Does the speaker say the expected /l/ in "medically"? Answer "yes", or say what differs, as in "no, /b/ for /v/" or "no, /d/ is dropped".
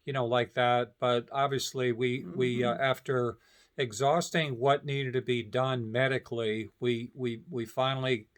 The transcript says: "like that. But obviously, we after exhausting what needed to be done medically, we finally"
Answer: no, /w/ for /l/